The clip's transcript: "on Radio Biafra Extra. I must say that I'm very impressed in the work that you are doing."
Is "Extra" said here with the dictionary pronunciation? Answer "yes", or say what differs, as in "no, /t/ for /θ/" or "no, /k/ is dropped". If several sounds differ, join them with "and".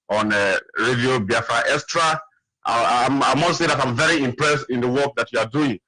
no, /k/ is dropped